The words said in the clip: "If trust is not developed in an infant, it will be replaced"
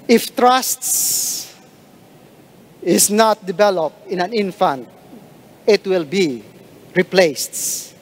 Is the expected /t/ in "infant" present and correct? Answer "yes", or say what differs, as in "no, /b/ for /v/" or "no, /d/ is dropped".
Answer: yes